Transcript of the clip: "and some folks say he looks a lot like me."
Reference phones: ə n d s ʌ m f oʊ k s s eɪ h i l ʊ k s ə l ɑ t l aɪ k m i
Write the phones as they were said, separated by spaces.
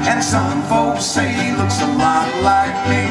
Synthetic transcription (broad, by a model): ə n s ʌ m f oʊ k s s eɪ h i l ʊ k s ə l ɑ t l aɪ k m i